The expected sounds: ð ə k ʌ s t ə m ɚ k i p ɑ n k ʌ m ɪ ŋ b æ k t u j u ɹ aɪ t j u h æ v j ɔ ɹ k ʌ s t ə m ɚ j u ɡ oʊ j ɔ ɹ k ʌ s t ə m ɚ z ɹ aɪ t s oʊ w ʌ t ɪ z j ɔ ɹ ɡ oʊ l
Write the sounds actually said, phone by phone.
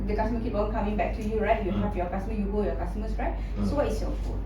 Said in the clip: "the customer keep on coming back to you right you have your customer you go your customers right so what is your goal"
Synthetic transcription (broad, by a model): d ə k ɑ s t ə m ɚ k i p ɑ l k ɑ m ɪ ŋ b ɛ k t u j u ɹ aɪ t j u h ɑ p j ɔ k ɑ s t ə m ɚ j u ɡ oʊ j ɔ k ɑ s t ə m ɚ s ɹ aɪ t s oʊ w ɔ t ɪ s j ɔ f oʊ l